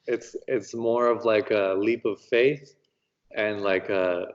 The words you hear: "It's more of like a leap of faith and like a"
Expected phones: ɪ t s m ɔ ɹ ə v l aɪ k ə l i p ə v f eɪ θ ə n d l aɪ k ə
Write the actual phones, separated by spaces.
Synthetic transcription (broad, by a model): ɪ t s m ɔ ɹ ə v l aɪ k ə l i p ə v f eɪ θ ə n l aɪ k ə